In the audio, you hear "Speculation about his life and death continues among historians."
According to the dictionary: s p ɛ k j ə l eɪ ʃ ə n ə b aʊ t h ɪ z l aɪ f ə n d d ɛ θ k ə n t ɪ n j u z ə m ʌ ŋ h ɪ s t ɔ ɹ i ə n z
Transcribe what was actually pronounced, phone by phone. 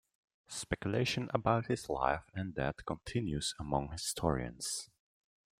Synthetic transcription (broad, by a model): s p ɛ k j ə l eɪ ʃ ə n ə b aʊ t h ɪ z l aɪ f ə n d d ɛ t k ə n t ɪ n j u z ə m ʌ ŋ h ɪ s t ɔ ɹ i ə n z